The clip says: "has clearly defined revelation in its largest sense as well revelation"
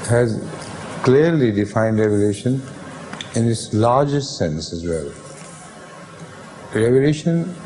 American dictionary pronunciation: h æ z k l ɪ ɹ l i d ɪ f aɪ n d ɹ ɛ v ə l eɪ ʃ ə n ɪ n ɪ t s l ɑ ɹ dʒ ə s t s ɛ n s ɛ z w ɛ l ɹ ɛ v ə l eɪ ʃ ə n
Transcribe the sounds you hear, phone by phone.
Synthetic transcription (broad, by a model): h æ z k l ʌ ɹ l i d ɪ f aɪ n d ɹ ɛ v ə l eɪ ʃ ə n ɪ n ɪ t s l ɑ ɹ dʒ ə s t s ɛ n s ɛ z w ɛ l ɹ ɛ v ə l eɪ ʃ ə n